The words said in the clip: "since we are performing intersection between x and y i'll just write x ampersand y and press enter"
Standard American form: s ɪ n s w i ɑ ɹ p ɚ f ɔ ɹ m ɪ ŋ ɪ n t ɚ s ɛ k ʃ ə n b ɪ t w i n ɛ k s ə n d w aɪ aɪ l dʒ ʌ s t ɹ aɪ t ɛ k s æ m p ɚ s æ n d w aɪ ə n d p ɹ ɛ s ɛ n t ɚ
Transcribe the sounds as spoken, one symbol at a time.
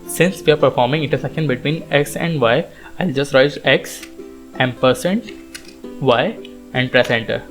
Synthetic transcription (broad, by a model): s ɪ n s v i ɑ ɹ p ɚ f ɔ ɹ m ɪ ŋ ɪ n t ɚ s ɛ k ə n b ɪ t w i n ɛ k s ə n d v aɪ aɪ l dʒ ʌ s t ɹ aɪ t ɛ k s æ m p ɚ s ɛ n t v aɪ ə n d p ɹ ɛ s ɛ n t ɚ